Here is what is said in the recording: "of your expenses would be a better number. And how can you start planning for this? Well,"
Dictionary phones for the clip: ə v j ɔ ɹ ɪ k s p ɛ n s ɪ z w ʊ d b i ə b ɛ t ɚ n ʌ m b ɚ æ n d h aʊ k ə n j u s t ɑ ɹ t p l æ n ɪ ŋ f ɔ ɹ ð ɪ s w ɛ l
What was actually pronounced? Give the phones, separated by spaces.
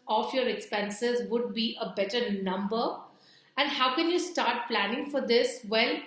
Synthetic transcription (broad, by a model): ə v j ɔ ɹ ɪ k s p ɛ n s ɪ z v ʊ d b i ə b ɛ t ɚ n ʌ m b ɚ æ n d h aʊ k ə n j u s t ɑ ɹ t p l æ n ɪ ŋ f ɔ ɹ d ɪ s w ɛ l